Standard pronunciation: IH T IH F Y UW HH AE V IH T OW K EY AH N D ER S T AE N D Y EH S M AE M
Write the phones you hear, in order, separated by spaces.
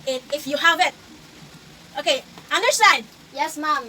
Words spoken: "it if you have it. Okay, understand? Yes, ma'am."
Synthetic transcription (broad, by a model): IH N IH F Y UW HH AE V IH T OW K EY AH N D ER S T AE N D Y EH S M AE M